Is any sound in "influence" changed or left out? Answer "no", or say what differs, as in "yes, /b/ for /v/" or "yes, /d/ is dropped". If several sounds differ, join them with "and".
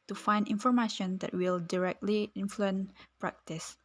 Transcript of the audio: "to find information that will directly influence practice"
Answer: yes, /s/ is dropped